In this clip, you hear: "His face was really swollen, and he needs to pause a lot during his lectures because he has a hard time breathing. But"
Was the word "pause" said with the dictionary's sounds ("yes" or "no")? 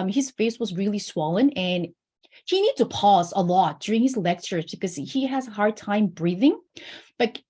yes